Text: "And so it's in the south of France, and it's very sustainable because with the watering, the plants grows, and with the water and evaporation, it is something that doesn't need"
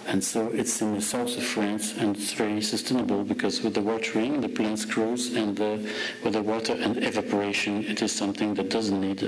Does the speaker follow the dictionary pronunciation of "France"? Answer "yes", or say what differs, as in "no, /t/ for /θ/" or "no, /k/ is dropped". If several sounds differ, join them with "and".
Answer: yes